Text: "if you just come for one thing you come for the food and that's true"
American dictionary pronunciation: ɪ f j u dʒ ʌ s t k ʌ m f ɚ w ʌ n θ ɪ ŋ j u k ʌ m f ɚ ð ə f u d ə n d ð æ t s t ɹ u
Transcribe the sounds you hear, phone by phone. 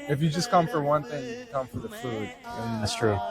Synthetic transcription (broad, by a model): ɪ f j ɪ dʒ ʌ s k ʌ m f ɚ w ʌ n θ ɪ ŋ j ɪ k ʌ m f ɚ ð ə f u d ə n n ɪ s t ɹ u